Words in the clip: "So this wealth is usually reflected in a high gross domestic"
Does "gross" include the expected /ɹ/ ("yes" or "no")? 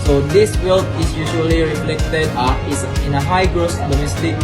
yes